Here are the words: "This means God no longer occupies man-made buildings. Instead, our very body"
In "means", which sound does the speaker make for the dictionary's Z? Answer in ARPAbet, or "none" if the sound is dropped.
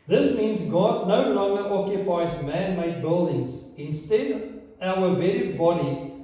Z